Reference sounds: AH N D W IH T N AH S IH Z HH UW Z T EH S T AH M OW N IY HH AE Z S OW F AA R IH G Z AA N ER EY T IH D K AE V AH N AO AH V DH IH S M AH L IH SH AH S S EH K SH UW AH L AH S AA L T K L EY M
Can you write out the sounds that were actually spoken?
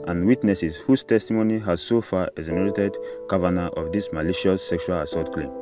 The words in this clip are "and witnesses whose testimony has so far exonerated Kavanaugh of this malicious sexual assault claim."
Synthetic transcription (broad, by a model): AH N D W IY T N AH S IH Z HH UW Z T EH S T AH M OW N IY HH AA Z S OW F AA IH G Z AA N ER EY T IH D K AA V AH N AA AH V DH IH S M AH L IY SH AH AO S EH K SH UW AH L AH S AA T K L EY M